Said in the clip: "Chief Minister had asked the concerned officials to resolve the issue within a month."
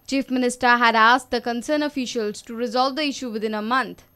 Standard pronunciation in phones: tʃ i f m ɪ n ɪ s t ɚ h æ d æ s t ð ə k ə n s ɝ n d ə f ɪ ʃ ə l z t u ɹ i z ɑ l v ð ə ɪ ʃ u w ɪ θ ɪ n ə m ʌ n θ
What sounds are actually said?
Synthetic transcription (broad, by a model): tʃ i f m ɪ n ɪ s t ɚ h æ d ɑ s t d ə k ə n s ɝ n ə f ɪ ʃ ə l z t u ɹ i z ɑ l v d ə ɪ ʃ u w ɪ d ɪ n ə m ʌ n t